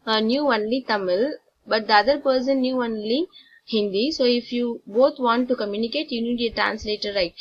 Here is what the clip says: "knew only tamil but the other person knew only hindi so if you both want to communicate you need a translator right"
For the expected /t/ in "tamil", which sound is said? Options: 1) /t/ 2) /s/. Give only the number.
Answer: 1